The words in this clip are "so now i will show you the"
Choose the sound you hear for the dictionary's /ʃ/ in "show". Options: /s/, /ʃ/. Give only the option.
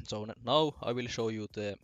/ʃ/